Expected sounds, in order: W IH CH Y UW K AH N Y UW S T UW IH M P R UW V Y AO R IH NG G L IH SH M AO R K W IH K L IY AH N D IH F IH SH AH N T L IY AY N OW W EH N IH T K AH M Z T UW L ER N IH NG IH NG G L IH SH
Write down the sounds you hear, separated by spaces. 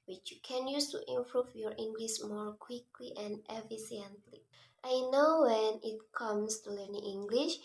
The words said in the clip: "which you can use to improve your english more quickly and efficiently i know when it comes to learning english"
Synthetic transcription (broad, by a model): W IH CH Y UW K AH N Y UW S T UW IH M P R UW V Y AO R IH NG G L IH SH M AO R K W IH K L IY AH N D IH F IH S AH N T L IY AY N OW W EH N IH T K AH M S T UW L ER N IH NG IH NG G L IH SH